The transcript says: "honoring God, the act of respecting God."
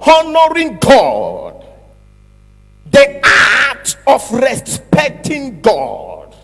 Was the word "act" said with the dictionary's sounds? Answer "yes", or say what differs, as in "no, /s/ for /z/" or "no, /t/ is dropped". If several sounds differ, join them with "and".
no, /k/ is dropped